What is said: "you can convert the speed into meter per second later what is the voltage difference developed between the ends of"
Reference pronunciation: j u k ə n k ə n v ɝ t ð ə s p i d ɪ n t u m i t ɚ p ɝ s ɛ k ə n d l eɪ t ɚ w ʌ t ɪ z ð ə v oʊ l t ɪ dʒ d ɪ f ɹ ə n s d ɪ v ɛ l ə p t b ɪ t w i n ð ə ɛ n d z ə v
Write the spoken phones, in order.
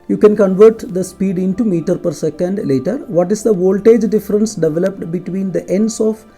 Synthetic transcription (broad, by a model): j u k ə n k ə n v ɝ t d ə s p i d ɪ n t u m i t ɚ p ɝ s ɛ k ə n d l eɪ t ɚ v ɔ t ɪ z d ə v oʊ l t ɪ dʒ d ɪ f ɹ ə n s d ɪ v ɛ l ə p t b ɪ t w i n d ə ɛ n d s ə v